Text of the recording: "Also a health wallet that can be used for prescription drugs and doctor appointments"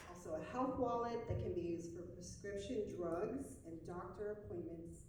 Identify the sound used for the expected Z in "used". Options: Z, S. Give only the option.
Z